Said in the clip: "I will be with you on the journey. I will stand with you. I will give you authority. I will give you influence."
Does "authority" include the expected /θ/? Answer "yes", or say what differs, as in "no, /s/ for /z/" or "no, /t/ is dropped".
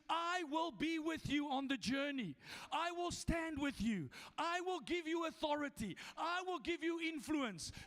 yes